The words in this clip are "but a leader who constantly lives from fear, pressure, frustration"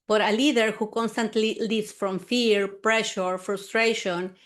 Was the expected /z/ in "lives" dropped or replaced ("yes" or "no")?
yes